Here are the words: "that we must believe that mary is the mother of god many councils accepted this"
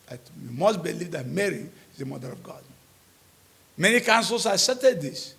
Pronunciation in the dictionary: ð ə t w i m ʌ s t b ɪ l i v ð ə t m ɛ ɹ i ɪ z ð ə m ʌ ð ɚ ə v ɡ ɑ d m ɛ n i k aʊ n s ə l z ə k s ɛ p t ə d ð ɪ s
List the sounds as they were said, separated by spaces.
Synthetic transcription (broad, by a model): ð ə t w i m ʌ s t b ɪ l i v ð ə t m ɛ ɹ i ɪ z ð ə m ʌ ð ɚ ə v ɡ ɑ d m ɛ n i k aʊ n s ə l s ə s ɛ t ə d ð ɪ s